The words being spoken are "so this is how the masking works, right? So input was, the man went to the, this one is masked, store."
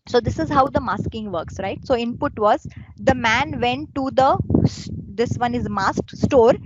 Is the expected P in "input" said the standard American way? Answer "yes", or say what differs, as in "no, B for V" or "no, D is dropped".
yes